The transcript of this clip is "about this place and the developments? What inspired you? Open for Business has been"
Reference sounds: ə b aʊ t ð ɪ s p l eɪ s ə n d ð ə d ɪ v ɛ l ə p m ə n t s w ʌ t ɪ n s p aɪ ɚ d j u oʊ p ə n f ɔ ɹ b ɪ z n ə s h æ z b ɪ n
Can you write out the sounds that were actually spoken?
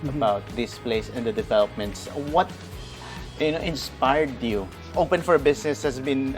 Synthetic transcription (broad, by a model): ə b aʊ t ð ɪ s p l eɪ s ə n d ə d ɪ v ɛ l ə p m ə n t s w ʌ t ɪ n s p aɪ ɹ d j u oʊ p ə n f ɔ ɹ b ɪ s n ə s h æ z b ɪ n